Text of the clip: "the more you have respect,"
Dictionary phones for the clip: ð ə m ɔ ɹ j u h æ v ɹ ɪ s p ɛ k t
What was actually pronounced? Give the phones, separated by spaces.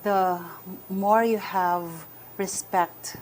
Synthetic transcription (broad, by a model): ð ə m ɔ ɹ j u h æ v ɹ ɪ s p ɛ k t